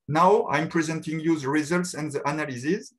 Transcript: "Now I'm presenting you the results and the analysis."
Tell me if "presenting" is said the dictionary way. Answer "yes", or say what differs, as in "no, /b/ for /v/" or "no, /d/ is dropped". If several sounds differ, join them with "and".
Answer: yes